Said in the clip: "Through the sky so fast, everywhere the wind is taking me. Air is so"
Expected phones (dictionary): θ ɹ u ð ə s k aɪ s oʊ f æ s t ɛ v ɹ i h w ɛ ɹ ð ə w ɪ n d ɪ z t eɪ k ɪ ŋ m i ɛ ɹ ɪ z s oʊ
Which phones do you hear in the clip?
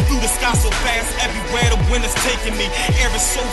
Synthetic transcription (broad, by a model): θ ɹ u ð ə s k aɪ s oʊ f æ s t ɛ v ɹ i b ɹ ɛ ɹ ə w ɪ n ɪ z t eɪ k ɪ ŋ m i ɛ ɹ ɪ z s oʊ